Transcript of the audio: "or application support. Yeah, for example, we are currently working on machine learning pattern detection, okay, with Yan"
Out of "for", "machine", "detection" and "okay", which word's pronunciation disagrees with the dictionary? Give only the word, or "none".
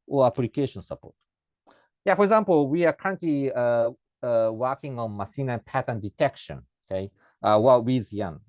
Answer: machine